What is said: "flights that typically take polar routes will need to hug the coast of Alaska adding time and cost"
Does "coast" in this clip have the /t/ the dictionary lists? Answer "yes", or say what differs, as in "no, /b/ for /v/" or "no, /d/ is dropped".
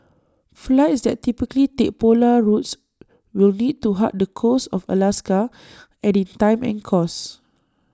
no, /t/ is dropped